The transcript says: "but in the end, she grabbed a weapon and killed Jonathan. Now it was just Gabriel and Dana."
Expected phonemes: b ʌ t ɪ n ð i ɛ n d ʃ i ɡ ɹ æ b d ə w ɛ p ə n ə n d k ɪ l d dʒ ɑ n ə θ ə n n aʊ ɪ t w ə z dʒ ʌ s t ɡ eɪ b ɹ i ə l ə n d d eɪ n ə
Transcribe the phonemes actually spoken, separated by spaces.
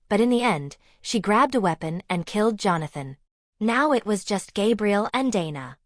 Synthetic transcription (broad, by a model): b ʌ t ɪ n ð i ɛ n d ʃ i ɡ ɹ æ b d ə w ɛ p ə n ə n k ɪ l d dʒ ɑ n ə θ ə n n aʊ ɪ t w ə z dʒ ʌ s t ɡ eɪ b ɹ i l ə n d d eɪ n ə